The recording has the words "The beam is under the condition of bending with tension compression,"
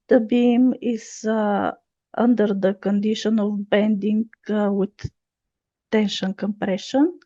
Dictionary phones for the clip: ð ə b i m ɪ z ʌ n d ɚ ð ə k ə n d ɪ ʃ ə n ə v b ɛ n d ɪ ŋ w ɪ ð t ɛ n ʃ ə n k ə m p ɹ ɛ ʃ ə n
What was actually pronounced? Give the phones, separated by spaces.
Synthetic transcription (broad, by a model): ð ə b i m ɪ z ʌ n d ɚ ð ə k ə n d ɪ ʃ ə n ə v b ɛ n d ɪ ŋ w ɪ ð t ɛ n ʃ ə n k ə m p ɹ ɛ ʃ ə n